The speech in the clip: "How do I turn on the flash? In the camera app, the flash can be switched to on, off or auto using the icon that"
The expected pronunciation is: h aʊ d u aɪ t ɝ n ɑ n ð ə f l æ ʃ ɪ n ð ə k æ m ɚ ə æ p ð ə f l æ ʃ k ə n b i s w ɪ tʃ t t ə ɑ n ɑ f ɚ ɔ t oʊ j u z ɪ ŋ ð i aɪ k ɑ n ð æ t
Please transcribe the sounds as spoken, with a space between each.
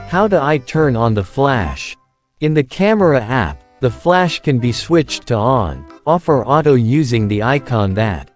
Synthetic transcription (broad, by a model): h aʊ d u aɪ t ɝ n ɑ n ð ə f l æ ʃ ɪ n ð ə k æ m ɚ ə æ p ð ə f l æ ʃ k ə n b i s w ɪ tʃ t t ə ɑ n ɑ f ɚ ɔ t oʊ j u z ɪ ŋ ð i aɪ k ɑ n ð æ t